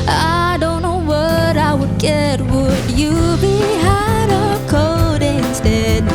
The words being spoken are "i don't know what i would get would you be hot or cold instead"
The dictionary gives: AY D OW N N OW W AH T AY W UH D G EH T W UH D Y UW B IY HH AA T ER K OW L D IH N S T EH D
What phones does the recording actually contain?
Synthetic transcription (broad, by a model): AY D OW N N OW W AH T AY W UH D G EH T W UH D Y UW B IY HH AA T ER K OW D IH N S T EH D